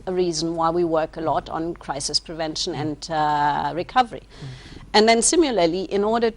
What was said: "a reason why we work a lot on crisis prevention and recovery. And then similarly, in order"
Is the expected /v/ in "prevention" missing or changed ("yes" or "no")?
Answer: no